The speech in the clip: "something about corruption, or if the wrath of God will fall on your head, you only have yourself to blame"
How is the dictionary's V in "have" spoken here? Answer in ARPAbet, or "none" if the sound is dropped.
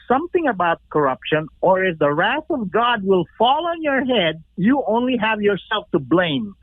V